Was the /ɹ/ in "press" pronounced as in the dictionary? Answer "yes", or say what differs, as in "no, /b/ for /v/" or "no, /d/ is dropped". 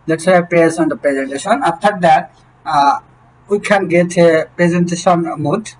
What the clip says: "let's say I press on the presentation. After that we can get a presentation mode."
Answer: no, /ɹ/ is dropped